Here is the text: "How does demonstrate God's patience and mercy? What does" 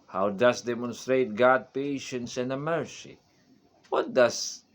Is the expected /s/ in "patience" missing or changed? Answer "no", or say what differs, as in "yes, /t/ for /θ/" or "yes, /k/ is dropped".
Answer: no